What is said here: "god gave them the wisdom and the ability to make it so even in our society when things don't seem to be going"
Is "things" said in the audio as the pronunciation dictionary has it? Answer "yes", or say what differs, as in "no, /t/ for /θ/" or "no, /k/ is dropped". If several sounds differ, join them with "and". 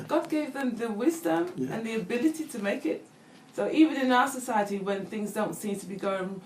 yes